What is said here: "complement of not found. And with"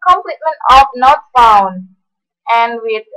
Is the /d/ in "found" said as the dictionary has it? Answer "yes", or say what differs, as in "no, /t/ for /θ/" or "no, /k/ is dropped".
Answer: no, /d/ is dropped